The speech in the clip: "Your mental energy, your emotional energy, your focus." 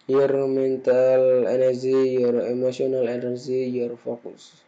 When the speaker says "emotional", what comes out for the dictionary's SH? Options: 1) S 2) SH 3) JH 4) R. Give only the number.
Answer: 1